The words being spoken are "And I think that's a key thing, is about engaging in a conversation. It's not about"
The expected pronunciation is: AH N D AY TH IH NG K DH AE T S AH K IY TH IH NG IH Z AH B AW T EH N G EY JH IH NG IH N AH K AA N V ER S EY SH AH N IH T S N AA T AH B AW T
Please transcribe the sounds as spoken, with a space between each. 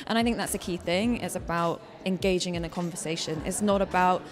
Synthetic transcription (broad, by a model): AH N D AY TH IH NG K DH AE T S AH K IY TH IH NG IH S AH B AW T EH N G EY JH IH NG IH N AH K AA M V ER S EY SH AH N IH T S N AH T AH B AW T